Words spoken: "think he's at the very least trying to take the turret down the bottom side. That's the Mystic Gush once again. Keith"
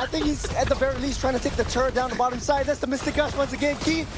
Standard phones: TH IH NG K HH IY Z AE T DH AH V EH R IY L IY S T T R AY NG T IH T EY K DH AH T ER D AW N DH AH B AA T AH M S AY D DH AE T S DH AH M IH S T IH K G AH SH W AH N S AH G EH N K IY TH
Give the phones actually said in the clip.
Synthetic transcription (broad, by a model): TH IH NG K HH IY Z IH T DH AH V EH R IY L IY S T T R AY NG T IH T EY K DH AH T ER D AW N DH AH B AA T AH M S AY D DH AE T S DH AH M IH S T IH K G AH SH W AH N S AH G EH N K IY